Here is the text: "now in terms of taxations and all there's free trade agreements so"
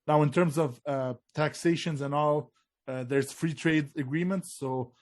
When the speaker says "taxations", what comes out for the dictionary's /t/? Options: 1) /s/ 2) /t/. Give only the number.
2